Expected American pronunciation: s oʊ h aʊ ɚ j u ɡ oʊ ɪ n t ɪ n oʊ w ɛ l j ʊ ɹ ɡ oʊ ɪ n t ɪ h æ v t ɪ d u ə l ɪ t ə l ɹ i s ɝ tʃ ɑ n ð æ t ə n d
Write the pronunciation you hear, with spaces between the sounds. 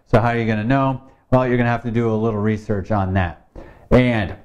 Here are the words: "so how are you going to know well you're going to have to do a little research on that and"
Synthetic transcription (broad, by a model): s oʊ h aʊ ɚ j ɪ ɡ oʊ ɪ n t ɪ n oʊ w ɛ l j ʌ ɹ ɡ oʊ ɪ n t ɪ h æ f t ɪ d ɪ ə l ɪ t l ɹ i s ɝ tʃ n ð æ t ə n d